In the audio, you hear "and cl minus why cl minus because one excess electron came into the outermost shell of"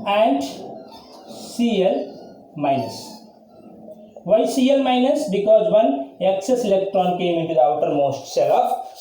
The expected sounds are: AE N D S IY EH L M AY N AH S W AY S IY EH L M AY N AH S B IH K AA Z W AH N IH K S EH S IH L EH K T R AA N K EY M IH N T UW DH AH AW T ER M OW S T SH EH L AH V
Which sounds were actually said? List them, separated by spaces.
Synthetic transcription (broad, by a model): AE N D S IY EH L M AY N AH S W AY S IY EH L M AY N AH S B IH K AA Z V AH N IH K S EH S IH L EH K T R AA N K EY M IH N T UW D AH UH T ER M OW S T S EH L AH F